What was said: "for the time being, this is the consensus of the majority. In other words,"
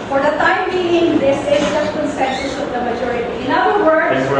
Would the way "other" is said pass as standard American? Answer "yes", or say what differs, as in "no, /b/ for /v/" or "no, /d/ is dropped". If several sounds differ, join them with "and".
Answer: no, /ð/ is dropped